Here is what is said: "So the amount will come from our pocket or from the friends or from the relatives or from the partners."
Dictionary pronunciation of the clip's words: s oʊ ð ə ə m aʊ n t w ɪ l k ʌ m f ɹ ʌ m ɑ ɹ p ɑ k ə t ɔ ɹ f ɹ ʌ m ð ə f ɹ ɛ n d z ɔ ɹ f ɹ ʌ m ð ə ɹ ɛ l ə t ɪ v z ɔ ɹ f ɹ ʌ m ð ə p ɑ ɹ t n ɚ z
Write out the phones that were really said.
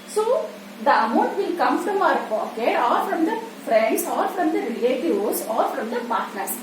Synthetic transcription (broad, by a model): s oʊ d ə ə m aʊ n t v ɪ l k ʌ m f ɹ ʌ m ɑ ɹ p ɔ k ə ɔ ɹ f ɹ ʌ m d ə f ɹ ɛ n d s ɔ ɹ f ɹ ʌ m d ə ɹ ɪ l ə t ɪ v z ɔ ɹ f ɹ ʌ m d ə p ɑ ɹ t n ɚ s